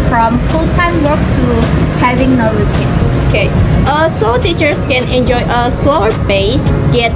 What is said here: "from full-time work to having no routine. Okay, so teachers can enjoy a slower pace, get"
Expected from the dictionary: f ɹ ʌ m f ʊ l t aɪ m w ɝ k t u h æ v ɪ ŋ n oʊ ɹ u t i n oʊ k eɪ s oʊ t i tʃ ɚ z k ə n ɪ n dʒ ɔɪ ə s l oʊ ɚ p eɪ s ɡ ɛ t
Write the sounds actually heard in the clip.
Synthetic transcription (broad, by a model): f ɹ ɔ m f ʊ l t aɪ m w ɝ k t u h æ v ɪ ŋ n oʊ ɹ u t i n oʊ k eɪ s oʊ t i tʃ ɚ s k ə n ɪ n dʒ ɔɪ ə s l oʊ ɚ b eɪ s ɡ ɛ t